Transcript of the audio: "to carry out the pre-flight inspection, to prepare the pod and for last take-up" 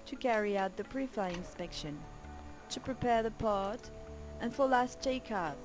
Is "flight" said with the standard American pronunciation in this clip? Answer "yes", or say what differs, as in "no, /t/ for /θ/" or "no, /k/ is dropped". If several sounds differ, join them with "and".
no, /t/ is dropped